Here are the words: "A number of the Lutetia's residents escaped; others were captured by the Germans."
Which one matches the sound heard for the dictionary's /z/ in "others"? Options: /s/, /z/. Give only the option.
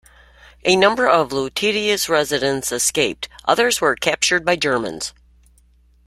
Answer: /z/